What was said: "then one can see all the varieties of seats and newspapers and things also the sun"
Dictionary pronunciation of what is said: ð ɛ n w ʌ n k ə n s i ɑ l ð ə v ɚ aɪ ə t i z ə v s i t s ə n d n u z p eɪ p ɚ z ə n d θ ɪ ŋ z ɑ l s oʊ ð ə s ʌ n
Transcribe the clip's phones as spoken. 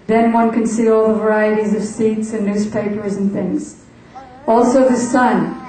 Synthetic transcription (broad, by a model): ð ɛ n w ʌ n k ə n s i ɑ l ð ə v ɚ aɪ ə t i z ə v s i t s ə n n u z p eɪ p ɚ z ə n θ ɪ ŋ z ɑ l s oʊ ð ə s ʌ n